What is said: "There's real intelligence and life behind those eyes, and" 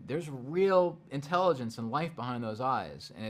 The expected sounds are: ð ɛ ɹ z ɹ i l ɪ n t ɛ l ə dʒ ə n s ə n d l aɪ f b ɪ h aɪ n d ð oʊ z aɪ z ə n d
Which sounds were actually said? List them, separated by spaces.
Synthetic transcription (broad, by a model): ð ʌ ɹ z ɹ i l ɪ n t ɛ l ə dʒ ə n s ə n l aɪ f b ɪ h aɪ n ð oʊ z aɪ z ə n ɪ